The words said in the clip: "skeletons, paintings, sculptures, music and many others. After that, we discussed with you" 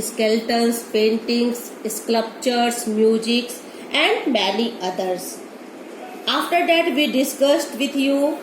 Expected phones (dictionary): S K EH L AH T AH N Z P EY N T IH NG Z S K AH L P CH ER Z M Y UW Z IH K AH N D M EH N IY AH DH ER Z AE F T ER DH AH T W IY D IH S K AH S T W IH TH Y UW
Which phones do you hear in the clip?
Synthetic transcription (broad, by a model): S K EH L T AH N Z P EY N T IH NG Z S K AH P CH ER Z M Y UW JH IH K AH N D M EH L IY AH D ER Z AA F T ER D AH T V IY D IH S K AH S T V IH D Y UW